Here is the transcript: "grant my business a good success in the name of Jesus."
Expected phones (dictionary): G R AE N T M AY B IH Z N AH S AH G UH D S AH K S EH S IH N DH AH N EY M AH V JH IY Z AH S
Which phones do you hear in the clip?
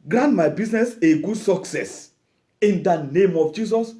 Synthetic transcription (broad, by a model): G R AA N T M AY B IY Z N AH S AH G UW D S AH K S EH S IH N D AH N EY M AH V JH IY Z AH S